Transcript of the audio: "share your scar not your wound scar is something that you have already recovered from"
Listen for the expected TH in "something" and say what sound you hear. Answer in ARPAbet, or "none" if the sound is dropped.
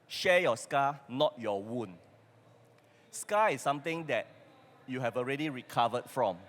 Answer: T